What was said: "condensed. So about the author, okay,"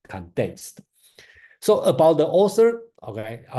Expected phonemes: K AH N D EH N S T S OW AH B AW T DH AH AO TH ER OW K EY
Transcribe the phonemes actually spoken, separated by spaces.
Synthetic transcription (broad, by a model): K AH N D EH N S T S OW AH B AW T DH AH AO S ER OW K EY